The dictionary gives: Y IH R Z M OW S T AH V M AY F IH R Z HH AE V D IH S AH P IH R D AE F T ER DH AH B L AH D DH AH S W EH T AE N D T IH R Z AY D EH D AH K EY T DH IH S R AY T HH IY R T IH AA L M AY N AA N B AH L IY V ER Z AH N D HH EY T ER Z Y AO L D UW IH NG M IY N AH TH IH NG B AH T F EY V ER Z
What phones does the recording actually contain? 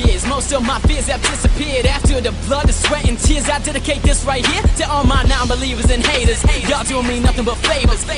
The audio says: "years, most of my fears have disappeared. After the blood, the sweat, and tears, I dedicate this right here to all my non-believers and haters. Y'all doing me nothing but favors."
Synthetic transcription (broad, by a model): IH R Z M OW S T AH V M AY F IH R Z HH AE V D IH S AH P IH R D AE F T ER DH AH B L AH D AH S W EH T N T IH R Z AY D EH D AH K EY T DH IH S R AY T HH IY R T IH AA L M AY N AA N B AH L IY V ER Z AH N HH EY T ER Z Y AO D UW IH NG M IY N AH TH IH NG B AH T F EY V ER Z